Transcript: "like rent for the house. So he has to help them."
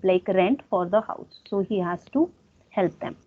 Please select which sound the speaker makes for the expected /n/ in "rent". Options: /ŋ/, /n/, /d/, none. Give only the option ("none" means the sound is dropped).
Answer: /n/